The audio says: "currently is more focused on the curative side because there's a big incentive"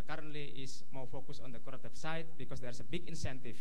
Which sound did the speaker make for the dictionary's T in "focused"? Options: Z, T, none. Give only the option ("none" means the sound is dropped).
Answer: none